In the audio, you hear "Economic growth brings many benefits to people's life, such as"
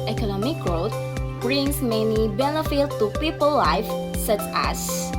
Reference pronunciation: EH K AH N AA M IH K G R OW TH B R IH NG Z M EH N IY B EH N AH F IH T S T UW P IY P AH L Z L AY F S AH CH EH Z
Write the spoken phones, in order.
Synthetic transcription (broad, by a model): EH K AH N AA M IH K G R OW T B R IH NG S M EH N IY B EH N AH F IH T T UW P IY P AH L L AY F S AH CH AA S